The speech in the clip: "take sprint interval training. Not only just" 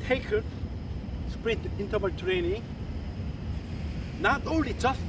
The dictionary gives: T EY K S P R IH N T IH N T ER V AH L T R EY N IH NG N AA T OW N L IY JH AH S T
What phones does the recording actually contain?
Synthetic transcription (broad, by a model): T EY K S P R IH T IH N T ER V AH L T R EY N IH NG N AA T OW N L IY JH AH S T